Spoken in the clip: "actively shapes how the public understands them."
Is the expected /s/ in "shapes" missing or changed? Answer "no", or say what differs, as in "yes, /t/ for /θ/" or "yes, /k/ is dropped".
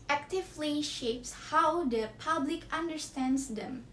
no